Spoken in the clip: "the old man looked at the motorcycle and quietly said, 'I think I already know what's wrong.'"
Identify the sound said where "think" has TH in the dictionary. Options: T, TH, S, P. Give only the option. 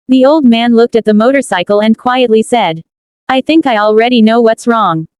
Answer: TH